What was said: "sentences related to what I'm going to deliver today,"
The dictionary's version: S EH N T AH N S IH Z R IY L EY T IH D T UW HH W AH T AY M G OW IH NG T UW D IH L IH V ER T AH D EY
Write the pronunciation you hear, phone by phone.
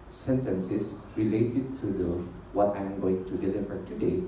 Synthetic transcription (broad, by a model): S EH N T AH N S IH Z R IY L EY T IH D T UW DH W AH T AY M G OW IH NG T UW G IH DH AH F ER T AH D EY